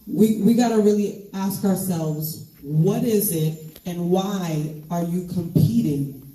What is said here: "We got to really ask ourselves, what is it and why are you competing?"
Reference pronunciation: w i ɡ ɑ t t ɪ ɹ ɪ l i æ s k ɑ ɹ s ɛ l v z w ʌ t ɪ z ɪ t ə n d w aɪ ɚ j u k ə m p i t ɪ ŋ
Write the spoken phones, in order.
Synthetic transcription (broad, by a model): w i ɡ ɑ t t ɪ ɹ ɪ l i æ s k ɑ ɹ s ɛ l v z w ʌ t ɪ z ɪ t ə n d w aɪ ɚ j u k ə m p i t ɪ ŋ